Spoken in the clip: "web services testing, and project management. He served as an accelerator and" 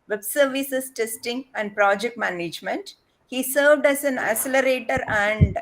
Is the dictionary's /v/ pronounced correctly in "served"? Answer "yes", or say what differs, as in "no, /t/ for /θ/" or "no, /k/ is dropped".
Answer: yes